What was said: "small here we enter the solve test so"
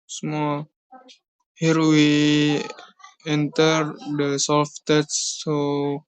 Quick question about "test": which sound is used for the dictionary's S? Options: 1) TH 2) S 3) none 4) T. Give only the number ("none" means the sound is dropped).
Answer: 3